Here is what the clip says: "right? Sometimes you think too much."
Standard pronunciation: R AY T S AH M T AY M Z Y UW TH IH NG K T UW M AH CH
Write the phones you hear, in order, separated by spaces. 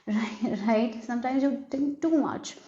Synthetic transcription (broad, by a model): R AY T S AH M T AY M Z Y UW T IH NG K T UW M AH CH